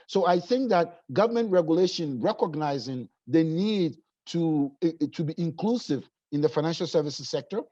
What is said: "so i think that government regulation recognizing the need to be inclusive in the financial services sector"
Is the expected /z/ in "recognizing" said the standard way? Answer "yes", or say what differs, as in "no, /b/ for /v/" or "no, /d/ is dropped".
yes